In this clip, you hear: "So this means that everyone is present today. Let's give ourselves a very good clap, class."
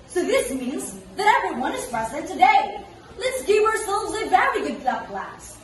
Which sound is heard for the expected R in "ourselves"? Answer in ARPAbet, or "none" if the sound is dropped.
R